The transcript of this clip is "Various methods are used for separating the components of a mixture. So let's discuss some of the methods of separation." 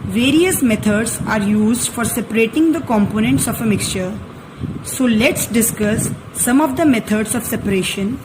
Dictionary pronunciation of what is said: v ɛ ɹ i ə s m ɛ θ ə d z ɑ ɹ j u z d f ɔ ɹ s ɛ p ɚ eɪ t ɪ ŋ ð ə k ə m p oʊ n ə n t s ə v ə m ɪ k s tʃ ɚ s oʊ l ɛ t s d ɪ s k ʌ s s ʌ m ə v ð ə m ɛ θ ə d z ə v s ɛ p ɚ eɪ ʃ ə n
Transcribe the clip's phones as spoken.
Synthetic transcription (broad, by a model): v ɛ ɹ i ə s m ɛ t ə d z ɑ ɹ j u z d f ɔ ɹ s ɛ p ɚ eɪ t ɪ ŋ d ə k ə m p oʊ n ə n t s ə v ə m ɪ k s tʃ ɚ s oʊ l ɛ t s d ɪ s k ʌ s s ʌ m ə v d ə m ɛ t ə d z ə v s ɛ p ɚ eɪ ʃ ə n